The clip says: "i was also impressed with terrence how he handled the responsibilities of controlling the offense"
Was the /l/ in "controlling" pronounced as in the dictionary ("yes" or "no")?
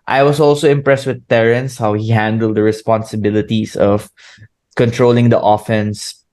yes